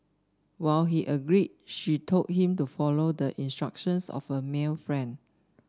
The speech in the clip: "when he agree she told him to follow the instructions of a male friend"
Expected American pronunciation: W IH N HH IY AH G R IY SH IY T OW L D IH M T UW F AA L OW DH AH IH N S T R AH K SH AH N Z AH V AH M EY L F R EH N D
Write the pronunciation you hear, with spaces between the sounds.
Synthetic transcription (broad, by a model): W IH L HH IY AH G R IY SH IY T OW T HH IH M T UW F AA L OW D AH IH N S T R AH K SH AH N S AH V AH M EY L F R EH N D